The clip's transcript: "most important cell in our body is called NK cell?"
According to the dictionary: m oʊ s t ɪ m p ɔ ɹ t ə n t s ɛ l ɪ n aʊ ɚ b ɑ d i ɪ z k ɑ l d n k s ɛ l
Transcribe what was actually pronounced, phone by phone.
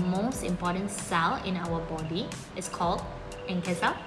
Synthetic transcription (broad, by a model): m oʊ s t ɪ m p ɔ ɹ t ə n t s ɛ l ɪ n aʊ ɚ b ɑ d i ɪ s k ɑ l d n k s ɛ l